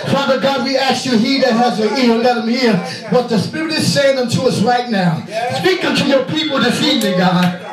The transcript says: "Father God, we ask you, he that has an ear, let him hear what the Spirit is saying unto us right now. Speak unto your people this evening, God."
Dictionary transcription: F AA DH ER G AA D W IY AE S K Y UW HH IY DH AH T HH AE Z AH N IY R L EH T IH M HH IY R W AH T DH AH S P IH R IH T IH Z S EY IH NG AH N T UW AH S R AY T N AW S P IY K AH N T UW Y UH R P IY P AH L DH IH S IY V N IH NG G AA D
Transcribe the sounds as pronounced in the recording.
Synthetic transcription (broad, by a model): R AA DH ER G AA D W IY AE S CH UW HH IY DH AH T HH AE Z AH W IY L L EH T IH M HH IY R W AH T DH AH S P IH R IH T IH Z S EY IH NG AH N T UW AH S R AY T N AW S P IY K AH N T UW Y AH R P IY P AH L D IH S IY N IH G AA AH